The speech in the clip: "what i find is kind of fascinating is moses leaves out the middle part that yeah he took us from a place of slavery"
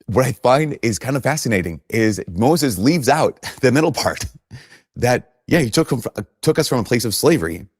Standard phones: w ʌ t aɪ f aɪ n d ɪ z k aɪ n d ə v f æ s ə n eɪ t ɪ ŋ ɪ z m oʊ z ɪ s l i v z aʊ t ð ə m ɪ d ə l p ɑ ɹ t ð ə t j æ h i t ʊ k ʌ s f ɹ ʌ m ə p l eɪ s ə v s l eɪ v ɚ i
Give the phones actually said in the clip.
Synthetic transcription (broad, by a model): w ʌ t aɪ f aɪ n d ɪ z k aɪ n d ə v f æ s ə n eɪ t ɪ ŋ ɪ z m oʊ z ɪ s l i v z aʊ t ð ə m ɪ d l p ɑ ɹ t ð ə t j æ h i t ʊ k ʌ s f ɹ ʌ m ə p l eɪ s ə v s l eɪ v ɚ i